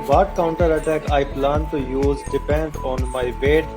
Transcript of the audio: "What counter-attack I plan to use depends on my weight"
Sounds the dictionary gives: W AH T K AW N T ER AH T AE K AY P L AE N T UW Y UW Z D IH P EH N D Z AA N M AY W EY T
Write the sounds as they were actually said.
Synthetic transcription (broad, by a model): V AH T K AW N T ER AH T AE K AY P L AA N T UW Y UW Z D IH P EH N D AA N M AY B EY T